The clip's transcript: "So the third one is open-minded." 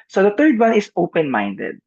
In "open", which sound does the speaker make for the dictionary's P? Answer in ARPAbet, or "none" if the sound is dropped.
P